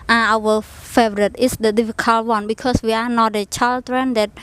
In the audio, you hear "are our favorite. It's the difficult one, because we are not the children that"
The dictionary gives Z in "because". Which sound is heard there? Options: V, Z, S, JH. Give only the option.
S